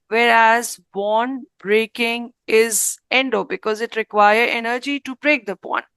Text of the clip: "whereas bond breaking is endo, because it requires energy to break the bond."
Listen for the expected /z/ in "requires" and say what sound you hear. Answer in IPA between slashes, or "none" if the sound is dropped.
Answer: none